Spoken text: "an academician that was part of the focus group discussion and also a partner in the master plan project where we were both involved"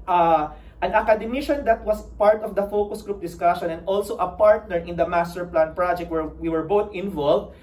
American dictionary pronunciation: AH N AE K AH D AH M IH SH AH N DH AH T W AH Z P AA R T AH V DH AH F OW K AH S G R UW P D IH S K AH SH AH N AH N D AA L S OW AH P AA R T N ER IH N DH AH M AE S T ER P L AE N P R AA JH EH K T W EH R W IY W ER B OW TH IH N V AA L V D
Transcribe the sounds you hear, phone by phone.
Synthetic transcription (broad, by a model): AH N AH K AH D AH M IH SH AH N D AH T W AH S P AA R T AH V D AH F OW K AH S G R UW P D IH S K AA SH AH N AH N D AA L S OW AH P AA R T N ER IH N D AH M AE S T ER P L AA N P R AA JH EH K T W EH R W IY W ER B OW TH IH N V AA L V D